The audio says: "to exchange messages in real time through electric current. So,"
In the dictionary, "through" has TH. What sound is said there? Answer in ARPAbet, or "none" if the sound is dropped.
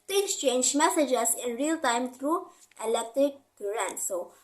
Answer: T